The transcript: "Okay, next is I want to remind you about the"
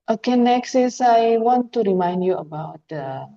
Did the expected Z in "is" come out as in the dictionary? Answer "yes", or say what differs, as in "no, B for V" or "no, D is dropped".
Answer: no, S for Z